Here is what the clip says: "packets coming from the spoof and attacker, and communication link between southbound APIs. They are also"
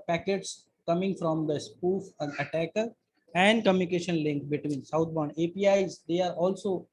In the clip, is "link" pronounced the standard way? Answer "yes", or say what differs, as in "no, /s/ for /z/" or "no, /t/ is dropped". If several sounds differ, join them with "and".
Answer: yes